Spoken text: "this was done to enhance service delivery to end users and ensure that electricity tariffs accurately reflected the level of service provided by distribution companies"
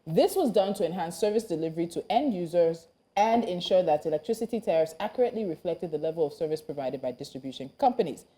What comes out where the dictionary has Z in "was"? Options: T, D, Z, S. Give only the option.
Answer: Z